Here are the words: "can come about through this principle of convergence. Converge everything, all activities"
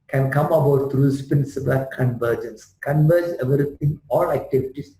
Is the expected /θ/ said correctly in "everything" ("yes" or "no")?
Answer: no